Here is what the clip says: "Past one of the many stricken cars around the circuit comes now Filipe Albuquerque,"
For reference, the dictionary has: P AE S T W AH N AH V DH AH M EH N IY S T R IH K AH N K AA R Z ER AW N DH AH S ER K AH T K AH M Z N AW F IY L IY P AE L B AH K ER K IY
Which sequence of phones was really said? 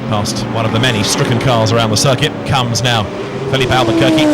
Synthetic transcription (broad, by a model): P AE S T W AH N AH V DH AH M EH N IY S T R IH K AH N K AA R Z ER AW N DH AH S ER K AH T K AH M Z N AW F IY L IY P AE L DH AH K ER K IY